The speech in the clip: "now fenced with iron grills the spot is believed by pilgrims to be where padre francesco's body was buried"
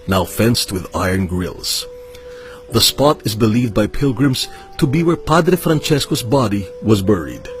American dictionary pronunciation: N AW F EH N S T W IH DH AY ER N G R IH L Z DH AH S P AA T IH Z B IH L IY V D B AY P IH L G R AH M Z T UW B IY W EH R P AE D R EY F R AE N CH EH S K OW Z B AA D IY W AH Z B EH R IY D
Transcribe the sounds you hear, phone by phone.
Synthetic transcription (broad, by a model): N AW F EH N S T W IH DH AY ER N G R IH L Z DH AH S P AA T IH Z B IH L IY V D B AY P IH L G R AH M Z T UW B IY W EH R P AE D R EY F R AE N CH EH S K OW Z B AA D IY W AH Z B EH R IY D